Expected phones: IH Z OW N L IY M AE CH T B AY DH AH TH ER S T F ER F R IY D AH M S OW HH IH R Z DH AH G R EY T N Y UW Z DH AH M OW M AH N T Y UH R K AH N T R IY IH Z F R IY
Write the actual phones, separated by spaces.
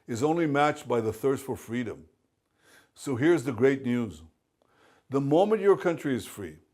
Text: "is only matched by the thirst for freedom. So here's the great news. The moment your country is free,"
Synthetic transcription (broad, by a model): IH Z OW N L IY M AE CH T B AY DH AH TH ER S T F ER F R IY D AH M S OW HH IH R Z DH AH G R EY T N Y UW Z DH AH M OW M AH N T Y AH R K AH N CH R IY IH Z F R IY